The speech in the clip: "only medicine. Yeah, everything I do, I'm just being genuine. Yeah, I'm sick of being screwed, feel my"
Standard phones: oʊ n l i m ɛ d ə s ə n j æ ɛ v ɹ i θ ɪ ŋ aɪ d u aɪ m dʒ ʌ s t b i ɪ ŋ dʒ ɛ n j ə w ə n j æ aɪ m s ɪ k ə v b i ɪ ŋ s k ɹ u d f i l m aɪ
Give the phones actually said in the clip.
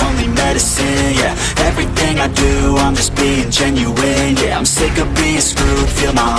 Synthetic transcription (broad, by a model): oʊ n l i m ɛ d ə s ə n j æ ɛ v ɹ i θ ɪ ŋ aɪ d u aɪ m dʒ ʌ s b i ɪ ŋ dʒ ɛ n j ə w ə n j æ aɪ m s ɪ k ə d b i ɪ s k u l f i l m aɪ